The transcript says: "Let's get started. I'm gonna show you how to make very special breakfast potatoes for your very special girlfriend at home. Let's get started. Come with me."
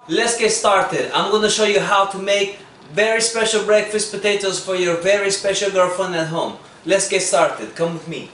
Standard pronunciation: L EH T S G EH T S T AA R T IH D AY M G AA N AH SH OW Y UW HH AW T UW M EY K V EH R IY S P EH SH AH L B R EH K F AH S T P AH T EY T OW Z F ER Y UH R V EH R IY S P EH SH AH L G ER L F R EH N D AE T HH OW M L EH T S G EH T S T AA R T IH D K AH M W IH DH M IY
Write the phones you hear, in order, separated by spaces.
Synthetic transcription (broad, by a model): L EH T S G EH T S T AA R T IH D AY M G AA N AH SH OW Y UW HH AW T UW M EY K V EH R IY S P EH SH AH L B R EH K F AH S T P AH T EY T OW Z F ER Y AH R V EH R IY S P EH SH AH L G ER F AH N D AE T HH OW M L EH T S G EH T S T AA R T IH D K AH M W IH DH M IY